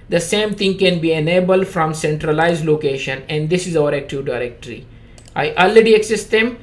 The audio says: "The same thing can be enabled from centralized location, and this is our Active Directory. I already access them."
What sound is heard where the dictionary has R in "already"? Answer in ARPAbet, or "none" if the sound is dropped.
L